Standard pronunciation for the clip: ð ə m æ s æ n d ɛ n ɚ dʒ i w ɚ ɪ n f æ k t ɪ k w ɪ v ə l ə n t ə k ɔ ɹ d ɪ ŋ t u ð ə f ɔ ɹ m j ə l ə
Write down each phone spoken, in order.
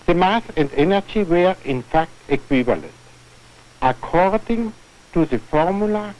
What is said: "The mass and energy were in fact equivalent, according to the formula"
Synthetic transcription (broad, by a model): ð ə m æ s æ n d ɛ n ɚ dʒ i w ɚ ɪ n f æ k t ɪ k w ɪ v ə l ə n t ə k ɔ ɹ d ɪ ŋ t u ð ə f ɔ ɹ m j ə l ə